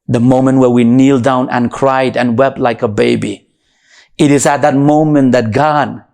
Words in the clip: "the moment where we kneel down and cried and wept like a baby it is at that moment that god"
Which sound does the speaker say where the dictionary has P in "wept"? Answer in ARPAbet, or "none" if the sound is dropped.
P